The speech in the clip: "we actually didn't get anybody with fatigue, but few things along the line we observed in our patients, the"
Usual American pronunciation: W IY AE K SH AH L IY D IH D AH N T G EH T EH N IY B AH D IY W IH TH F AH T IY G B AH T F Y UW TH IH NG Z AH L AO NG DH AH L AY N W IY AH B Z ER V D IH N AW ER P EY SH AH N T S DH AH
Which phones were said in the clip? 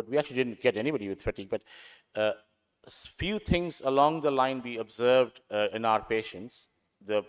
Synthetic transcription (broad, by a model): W IY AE K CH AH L IY D IH D AH N T G EH T EH N IY B AH D IY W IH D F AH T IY B AH T F Y UW T IH NG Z AH L AO NG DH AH L AY N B IY AH B Z ER V D IH N AW ER P EY SH AH N T S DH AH